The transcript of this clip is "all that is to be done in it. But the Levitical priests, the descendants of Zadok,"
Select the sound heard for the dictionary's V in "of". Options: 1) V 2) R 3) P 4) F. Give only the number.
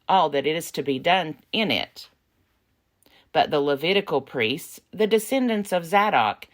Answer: 1